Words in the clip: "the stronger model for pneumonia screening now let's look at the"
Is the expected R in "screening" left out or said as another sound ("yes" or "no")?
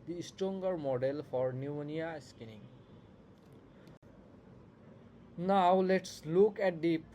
yes